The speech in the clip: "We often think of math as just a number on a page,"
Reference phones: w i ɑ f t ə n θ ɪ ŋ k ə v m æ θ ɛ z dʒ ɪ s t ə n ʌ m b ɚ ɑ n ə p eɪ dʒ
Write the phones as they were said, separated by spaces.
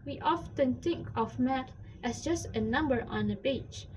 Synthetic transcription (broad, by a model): w i ɑ f t ə n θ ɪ ŋ k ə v m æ t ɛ s dʒ ɪ s t ə n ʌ m b ɚ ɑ n ə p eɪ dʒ